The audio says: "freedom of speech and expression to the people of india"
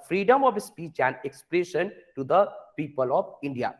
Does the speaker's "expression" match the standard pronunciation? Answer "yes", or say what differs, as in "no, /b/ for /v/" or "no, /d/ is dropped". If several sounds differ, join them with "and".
yes